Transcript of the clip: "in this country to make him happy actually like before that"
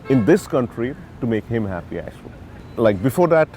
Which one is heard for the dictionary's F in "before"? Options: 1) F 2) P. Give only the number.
1